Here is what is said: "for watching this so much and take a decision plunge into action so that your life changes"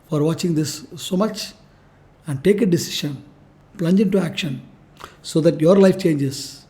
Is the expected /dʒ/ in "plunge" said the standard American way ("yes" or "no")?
yes